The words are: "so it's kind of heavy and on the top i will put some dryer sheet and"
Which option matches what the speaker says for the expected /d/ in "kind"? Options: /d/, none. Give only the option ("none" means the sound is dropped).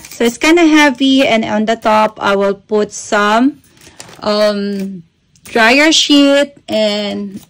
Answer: none